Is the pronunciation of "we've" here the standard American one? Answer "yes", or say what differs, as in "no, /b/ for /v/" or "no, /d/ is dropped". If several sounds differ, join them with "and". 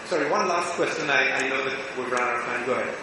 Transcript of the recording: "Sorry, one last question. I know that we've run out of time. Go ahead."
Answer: no, /b/ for /v/